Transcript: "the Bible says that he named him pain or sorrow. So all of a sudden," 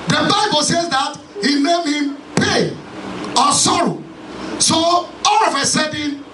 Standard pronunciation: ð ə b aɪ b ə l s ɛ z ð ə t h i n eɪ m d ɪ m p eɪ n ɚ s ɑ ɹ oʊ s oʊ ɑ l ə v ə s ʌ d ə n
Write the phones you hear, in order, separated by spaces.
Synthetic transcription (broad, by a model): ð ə b aɪ b ə l s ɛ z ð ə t h i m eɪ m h ɪ m p eɪ ɔ s ɑ ɹ oʊ s oʊ ɑ l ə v ə s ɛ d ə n